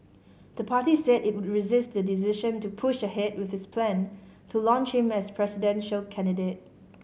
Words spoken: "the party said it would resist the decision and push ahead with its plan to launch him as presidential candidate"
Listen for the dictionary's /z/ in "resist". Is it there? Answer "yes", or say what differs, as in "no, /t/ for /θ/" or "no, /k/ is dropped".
yes